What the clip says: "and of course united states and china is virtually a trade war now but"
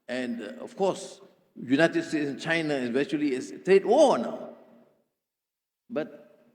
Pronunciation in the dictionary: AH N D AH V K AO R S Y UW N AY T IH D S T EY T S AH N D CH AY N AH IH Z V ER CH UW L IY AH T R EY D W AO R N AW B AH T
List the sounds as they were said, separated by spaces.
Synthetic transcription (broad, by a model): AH N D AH F K AO S Y UW N AY T IH D S T EY T S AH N CH AY N AH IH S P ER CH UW L IY AH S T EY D W AO N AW B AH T